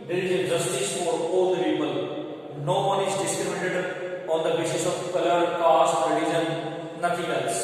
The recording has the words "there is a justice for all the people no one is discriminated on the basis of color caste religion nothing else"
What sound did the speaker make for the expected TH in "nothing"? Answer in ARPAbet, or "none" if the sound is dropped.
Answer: T